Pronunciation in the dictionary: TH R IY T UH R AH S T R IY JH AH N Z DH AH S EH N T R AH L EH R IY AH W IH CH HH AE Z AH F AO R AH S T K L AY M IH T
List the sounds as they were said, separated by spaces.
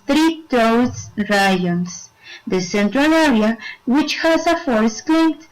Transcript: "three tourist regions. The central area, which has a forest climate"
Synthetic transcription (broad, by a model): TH R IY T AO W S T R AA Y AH N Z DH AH S EH N T R AH L EH R IY AH W IH CH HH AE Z AH F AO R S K L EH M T